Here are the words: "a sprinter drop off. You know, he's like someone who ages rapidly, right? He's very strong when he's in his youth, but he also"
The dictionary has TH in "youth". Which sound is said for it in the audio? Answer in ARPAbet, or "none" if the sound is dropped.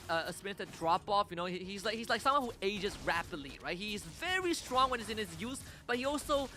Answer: S